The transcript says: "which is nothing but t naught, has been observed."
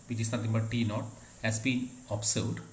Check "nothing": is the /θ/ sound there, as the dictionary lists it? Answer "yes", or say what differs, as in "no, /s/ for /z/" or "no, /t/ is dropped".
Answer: no, /t/ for /θ/